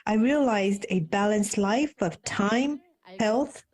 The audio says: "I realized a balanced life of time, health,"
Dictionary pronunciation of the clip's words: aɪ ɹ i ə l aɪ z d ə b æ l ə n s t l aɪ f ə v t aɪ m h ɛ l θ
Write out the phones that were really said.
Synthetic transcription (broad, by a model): aɪ ɹ i ə l aɪ z d ə b æ l ə n s t l aɪ f ə v t aɪ m h ɛ l θ